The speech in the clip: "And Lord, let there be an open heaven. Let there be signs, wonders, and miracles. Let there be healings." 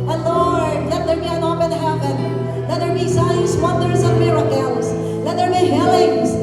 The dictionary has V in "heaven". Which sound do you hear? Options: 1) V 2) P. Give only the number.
2